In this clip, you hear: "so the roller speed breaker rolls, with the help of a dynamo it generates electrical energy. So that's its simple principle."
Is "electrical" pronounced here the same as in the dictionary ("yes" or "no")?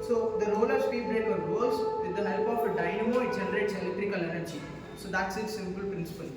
yes